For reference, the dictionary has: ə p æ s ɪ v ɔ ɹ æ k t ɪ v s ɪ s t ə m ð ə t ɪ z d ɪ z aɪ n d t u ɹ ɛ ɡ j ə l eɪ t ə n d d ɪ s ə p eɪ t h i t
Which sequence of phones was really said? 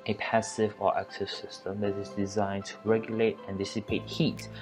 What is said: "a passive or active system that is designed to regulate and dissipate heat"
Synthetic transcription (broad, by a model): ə p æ s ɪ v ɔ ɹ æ k s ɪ s ɪ s t ə m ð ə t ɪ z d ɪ z aɪ n t u ɹ ɛ ɡ j ə l eɪ t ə n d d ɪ s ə p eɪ t h i t